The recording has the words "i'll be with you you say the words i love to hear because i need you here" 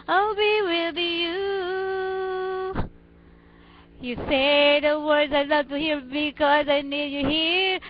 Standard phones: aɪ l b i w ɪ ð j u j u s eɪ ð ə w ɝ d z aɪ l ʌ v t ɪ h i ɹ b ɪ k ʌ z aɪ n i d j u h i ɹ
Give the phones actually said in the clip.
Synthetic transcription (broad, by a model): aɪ l b i w ɪ ð j u j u s eɪ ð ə w ɝ d z aɪ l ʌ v t ɪ h i ɹ b ɪ k ʌ z aɪ n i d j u h i ɹ